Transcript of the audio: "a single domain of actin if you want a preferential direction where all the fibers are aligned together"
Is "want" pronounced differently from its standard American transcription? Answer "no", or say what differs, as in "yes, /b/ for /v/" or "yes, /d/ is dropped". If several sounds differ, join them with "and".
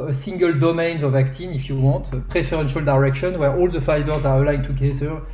yes, /n/ is dropped